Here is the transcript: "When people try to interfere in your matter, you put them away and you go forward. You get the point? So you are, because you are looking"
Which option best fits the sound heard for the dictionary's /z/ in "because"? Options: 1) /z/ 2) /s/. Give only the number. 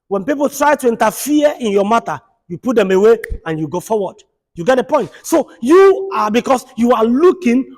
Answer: 2